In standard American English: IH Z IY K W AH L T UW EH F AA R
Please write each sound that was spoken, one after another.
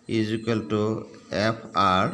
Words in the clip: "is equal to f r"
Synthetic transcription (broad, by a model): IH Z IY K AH L T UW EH P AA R